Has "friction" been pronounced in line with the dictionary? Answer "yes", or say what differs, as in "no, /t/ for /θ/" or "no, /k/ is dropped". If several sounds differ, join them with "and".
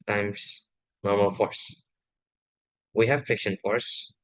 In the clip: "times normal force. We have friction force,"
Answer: no, /ɹ/ is dropped